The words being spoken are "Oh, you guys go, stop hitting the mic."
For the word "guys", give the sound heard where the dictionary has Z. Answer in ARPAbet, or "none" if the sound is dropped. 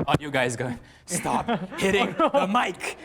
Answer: Z